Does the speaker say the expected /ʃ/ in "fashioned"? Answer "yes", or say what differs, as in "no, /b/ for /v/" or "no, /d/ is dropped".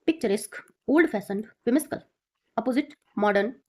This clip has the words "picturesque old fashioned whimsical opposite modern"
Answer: no, /s/ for /ʃ/